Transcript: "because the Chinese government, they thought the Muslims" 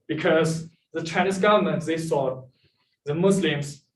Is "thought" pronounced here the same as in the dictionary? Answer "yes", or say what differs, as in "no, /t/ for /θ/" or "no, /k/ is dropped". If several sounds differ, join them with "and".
no, /s/ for /θ/